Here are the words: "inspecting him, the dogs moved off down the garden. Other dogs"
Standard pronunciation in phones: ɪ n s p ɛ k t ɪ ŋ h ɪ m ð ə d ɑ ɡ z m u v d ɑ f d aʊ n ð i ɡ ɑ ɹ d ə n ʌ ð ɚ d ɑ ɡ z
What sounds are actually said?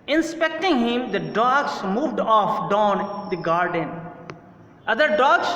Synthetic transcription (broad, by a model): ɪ n s p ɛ k t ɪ ŋ h ɪ m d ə d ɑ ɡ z m u v d ɑ f d aʊ n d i ɡ ɑ ɹ d ə n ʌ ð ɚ d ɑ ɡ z